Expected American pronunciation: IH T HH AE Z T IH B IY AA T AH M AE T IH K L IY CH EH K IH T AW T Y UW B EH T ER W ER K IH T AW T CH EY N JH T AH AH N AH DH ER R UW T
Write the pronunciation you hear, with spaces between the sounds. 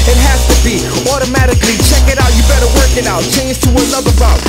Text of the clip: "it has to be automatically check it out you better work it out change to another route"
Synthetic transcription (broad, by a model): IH T HH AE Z T IH B IY AA T AH M AE T IH K L IY CH EH K IH T AW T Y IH B EH T ER W ER K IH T AW T CH EY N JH T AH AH L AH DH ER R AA